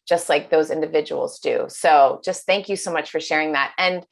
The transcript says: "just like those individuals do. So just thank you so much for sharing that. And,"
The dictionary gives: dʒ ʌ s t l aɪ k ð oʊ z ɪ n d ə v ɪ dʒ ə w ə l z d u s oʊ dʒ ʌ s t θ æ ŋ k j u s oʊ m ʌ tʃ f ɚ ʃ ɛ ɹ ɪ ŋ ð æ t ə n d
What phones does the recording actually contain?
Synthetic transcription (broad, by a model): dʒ ʌ s t l aɪ k ð oʊ z ɪ n d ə v ɪ dʒ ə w l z d u s oʊ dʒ ʌ s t θ æ ŋ k j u s oʊ m ʌ tʃ f ɚ ʃ ɛ ɹ ɪ ŋ ð æ t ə n